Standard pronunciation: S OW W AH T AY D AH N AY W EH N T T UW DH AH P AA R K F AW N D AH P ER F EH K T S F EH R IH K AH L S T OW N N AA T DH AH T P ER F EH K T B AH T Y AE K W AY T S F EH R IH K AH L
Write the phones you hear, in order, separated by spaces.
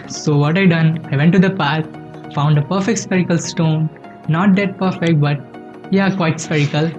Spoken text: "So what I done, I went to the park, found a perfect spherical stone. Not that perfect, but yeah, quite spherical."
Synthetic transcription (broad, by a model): S OW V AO T AY D AH N AY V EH N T T UW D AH P AA R K F AW N D AH P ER F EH K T S P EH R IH K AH L S T OW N N AA T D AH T P ER F EH K T B AH T Y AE K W AY T S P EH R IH K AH L